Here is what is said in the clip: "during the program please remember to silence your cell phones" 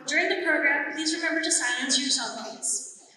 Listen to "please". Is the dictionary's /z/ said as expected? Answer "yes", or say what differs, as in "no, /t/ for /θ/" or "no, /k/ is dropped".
yes